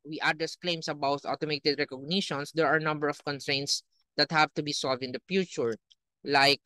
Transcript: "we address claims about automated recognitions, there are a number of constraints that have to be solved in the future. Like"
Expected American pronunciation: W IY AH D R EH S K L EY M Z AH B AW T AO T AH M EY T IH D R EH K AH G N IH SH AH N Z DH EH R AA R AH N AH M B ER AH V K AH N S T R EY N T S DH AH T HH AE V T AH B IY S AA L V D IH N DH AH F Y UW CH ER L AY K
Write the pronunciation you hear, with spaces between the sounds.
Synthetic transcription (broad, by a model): W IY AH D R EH S K L EY M S AH B AW T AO T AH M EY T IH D R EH K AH G N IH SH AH N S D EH R AA R N AH M B ER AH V K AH N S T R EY N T S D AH T HH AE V T AH B IY S AA L V D IH N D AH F Y UW CH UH L AY K